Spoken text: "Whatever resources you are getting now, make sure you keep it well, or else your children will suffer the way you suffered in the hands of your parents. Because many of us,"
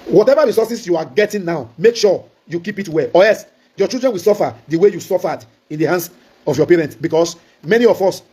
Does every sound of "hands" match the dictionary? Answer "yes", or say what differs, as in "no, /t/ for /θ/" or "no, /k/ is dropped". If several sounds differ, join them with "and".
no, /s/ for /z/